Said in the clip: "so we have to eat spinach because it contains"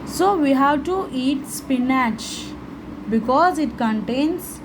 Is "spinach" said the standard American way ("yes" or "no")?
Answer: yes